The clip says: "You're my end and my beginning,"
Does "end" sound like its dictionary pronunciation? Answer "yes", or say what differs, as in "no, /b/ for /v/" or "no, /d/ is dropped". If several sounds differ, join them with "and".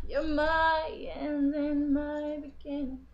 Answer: no, /d/ is dropped